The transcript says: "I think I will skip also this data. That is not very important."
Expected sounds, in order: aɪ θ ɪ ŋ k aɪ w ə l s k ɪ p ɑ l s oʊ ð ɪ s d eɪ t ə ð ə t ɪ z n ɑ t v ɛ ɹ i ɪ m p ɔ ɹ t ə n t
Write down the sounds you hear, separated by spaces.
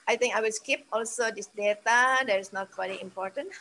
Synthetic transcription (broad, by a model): aɪ t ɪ ŋ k aɪ w ə l s k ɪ p ɑ l s oʊ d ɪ s d eɪ t ə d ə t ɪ s n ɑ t w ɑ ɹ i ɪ m p ɔ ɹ t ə n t